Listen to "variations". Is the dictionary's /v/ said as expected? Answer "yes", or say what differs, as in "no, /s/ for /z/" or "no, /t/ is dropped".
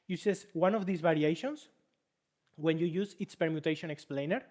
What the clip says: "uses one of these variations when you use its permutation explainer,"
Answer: no, /b/ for /v/